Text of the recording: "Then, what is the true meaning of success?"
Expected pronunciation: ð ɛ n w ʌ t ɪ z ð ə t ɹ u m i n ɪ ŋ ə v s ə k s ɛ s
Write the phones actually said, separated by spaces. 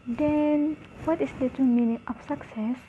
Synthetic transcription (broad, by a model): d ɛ n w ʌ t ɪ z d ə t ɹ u m i n ɪ ŋ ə p s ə k s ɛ s